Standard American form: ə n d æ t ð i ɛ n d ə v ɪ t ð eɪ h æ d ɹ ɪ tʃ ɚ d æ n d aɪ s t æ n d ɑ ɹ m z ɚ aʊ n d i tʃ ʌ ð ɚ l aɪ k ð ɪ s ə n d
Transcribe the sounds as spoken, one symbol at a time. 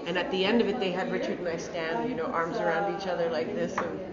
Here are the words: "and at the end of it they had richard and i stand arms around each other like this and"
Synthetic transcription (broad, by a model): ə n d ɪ t ð i ɛ n d ə v ɪ t ð eɪ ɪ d ɹ ɪ tʃ ɚ d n aɪ s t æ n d ɑ ɹ m z ɚ aʊ n d i tʃ ʌ ð ɚ l aɪ k ð ɪ s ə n